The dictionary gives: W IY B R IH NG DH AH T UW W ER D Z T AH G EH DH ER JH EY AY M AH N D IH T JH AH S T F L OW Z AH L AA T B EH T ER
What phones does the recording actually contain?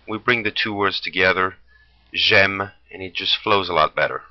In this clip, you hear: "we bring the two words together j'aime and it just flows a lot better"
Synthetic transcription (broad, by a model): W IY B R IH NG DH AH T UW W ER D Z T AH G EH DH ER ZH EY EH M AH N IH T JH AH S T F L OW Z AH L AA T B EH T ER